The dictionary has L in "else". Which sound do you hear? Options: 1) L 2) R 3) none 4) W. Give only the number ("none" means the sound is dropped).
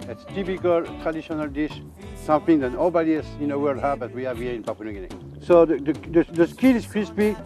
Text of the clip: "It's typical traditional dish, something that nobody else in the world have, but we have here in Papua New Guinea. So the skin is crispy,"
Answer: 3